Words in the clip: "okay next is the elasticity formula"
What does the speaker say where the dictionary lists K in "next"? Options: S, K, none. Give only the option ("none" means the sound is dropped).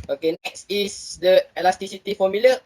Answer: K